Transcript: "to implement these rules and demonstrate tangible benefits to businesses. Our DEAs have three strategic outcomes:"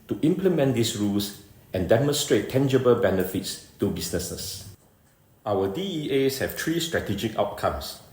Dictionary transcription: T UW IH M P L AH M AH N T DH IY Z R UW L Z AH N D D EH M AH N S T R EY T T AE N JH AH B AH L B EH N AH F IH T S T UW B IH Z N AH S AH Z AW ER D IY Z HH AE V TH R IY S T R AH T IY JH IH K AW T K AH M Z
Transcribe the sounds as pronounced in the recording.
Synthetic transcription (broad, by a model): T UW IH M P L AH M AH N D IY S R UW L S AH N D D EH M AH N S T R EY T T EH N JH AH B AH L B EH N AH F IH T S T UW B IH S N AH S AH S AW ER D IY S HH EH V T R IY S T R AH T IY JH IH K AW T K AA M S